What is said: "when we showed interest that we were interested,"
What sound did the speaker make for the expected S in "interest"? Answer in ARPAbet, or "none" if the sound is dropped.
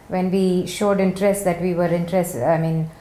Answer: S